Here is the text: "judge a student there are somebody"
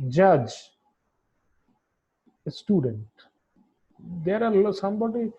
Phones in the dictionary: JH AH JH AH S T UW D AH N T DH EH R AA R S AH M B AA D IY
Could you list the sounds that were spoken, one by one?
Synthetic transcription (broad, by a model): JH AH JH AH S T UW D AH N T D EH R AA L S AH M B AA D IY